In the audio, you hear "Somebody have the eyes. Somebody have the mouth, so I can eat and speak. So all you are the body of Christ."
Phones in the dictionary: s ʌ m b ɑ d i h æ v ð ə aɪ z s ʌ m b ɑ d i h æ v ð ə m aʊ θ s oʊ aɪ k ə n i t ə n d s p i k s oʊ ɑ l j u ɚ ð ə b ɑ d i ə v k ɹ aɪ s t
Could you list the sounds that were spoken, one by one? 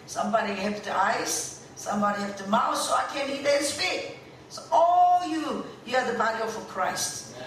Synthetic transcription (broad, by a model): s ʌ m b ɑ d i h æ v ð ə aɪ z s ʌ m b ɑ d i h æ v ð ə m aʊ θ s oʊ aɪ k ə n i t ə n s f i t s oʊ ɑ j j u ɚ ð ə b ɑ d i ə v k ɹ aɪ s t